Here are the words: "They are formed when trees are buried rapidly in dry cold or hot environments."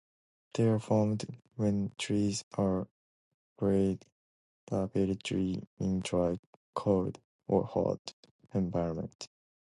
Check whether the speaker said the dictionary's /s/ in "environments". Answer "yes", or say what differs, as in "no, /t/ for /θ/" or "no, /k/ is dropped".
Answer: no, /s/ is dropped